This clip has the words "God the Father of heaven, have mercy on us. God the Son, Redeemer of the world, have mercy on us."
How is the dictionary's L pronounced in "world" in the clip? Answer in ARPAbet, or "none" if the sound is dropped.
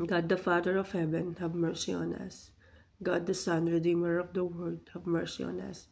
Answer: none